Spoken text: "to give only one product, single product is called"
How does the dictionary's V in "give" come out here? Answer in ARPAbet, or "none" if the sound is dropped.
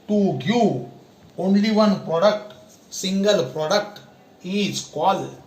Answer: none